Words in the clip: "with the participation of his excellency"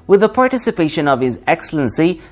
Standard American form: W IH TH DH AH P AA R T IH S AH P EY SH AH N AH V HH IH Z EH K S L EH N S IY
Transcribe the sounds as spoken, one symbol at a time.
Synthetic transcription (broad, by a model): W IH DH AH P AA R T IH S AH P EY SH AH N AH V HH IH Z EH K S L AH N S IY